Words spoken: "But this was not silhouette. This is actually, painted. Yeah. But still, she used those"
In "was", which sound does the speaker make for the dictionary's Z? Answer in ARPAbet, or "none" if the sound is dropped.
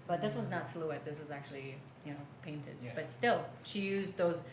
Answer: Z